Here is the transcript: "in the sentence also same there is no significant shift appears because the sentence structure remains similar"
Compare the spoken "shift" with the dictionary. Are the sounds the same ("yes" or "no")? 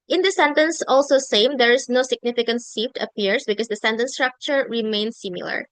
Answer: no